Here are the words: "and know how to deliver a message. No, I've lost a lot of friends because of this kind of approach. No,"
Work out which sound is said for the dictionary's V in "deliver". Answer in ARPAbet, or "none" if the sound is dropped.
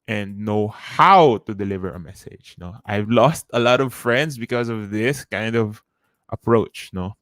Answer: V